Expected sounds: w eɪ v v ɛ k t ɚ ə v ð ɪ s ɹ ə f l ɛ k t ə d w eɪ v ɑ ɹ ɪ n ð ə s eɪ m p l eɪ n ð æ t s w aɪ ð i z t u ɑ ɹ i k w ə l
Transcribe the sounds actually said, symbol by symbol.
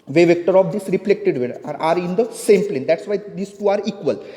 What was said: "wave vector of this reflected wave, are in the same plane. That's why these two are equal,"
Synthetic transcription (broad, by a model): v eɪ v v ɛ k t ɚ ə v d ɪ s ɹ ə f l ɛ k t ə d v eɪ ɑ ɹ ɪ n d ə s eɪ m p l eɪ n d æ t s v aɪ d i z t u ɑ ɹ i k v ə l